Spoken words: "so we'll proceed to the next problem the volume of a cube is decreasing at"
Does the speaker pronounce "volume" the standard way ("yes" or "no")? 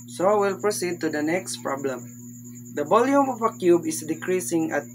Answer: no